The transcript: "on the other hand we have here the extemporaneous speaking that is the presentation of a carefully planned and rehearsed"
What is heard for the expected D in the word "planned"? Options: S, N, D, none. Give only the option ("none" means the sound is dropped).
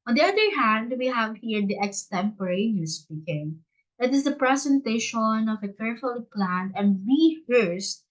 none